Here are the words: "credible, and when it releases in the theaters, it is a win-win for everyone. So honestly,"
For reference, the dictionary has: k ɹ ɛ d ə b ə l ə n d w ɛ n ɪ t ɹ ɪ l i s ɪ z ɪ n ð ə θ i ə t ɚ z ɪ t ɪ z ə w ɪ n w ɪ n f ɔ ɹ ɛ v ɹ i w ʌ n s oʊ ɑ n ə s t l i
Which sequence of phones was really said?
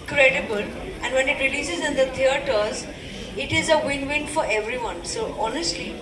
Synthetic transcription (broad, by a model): k ɹ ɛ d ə b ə l ə n d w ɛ n ɪ t ɹ ɪ l i s ɪ z ɪ n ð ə t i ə t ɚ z ɪ t ɪ z ə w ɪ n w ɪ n f ɔ ɹ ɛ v ɹ i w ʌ n s oʊ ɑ n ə s t l i